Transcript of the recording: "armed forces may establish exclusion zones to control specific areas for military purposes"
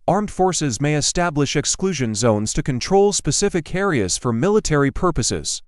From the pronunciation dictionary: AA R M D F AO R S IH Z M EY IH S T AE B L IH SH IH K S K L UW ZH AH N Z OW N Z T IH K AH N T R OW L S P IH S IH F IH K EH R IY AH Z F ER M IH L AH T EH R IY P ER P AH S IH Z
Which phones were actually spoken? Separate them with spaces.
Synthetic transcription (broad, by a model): AA R M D F AO R S IH Z M EY IH S T AE B L IH SH IH K S K L UW ZH AH N Z OW N Z T IH K AH N T R OW L S P IH S IH F IH K EH R IY AH Z F ER M IH L AH T EH R IY P ER P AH S IH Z